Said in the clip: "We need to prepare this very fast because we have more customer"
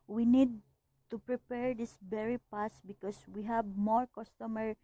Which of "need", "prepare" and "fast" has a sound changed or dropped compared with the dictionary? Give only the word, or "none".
fast